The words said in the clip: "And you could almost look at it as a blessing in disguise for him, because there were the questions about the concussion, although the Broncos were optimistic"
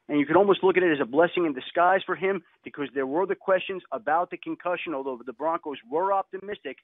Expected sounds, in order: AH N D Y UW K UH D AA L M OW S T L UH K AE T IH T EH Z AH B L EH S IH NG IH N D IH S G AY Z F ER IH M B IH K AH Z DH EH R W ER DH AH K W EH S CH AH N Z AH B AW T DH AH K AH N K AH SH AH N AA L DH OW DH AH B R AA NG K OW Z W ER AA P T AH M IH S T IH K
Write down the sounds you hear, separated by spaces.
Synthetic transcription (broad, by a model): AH N Y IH K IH D AA L M OW S T L UH K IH T IH T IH Z AH B L EH S IH NG IH N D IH S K AY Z F ER IH M B IH K AH Z DH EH R W ER DH AH K W EH S CH AH N Z AH B AW T DH AH K AH N K AH SH AH N AA L DH OW DH AH B R AA NG K OW Z W ER AA P T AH M IH S T IH K